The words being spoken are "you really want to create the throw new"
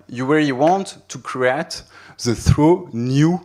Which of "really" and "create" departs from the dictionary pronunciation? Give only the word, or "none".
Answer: really